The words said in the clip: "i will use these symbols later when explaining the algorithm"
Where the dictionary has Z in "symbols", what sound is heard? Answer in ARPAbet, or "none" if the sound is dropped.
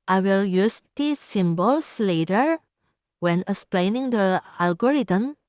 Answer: S